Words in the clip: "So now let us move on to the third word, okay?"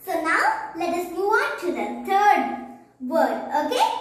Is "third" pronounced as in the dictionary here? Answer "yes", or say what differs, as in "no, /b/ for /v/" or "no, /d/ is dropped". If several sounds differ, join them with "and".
no, /t/ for /θ/